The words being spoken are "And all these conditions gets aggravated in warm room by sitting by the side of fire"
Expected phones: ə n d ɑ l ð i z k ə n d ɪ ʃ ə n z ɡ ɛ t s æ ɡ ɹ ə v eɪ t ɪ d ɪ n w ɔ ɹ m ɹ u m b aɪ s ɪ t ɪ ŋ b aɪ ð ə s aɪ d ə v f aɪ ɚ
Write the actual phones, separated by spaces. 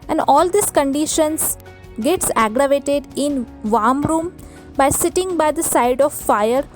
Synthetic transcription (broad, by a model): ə n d ɑ l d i s k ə n d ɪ ʃ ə n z ɡ ɛ t s æ ɡ ɹ ə v eɪ t ɪ d ɪ n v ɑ ɹ m ɹ u m b aɪ s ɪ t ɪ ŋ b aɪ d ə s aɪ d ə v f aɪ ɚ